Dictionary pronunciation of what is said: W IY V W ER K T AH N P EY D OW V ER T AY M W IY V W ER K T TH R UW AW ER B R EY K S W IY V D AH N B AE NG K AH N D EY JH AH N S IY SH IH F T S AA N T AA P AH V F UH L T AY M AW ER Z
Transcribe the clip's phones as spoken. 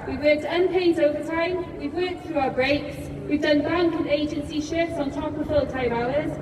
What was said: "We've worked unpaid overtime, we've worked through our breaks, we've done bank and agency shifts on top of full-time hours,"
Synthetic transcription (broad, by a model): W IY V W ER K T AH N P EY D OW V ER T AY M W IY V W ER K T TH R UW AW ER B R EY K S W IY V D AH N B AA NG K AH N EY JH AH N S IY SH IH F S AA N T AA P AH V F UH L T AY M AW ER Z